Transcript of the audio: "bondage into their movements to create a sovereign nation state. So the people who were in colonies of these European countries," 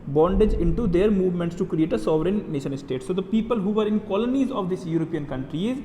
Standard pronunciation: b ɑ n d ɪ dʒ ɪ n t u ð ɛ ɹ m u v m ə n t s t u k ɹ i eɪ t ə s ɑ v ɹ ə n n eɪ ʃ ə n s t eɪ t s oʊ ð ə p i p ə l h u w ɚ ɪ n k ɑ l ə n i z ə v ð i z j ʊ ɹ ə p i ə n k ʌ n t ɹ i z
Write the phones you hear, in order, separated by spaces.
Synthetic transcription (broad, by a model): b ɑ n d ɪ dʒ ɪ n t u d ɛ ɹ m u v m ə n t s t u k ɹ i eɪ t ə s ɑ v ɹ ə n n eɪ ʃ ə n s t eɪ t s oʊ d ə p i p ə l h u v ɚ ɪ n k ɑ l ə n i z ə v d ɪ s j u ɹ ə p i ə n k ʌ n t ɹ i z